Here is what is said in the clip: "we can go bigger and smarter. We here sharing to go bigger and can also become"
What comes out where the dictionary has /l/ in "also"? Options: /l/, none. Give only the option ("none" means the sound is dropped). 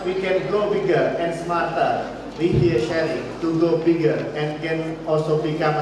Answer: /l/